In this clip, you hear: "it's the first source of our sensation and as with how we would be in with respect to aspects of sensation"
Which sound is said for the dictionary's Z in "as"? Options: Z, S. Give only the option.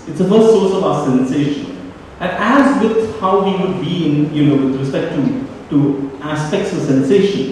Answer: Z